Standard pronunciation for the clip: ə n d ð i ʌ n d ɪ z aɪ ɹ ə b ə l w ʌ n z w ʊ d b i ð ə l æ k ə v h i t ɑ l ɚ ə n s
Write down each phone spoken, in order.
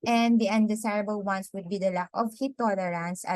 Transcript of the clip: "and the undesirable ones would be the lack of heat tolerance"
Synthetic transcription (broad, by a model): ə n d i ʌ n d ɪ s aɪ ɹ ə b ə l w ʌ n s w ʊ d b i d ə l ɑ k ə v h i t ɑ l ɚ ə n s